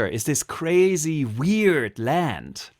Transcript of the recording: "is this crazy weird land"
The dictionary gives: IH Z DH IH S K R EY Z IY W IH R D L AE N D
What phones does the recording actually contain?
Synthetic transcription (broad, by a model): IH Z DH IH S K R EY Z IY W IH R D L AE N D